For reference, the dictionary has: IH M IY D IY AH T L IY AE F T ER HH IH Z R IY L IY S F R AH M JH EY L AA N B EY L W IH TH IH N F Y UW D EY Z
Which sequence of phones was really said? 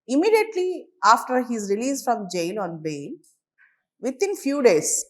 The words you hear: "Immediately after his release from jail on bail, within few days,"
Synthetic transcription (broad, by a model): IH M IY D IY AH T L IY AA F T ER HH IH Z R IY L IY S F R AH M JH EY L AA N B EY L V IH T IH N F Y UW D EY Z